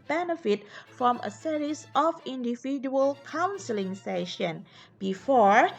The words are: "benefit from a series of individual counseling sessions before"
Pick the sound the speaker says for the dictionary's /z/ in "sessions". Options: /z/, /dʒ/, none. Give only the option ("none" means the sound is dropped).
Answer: none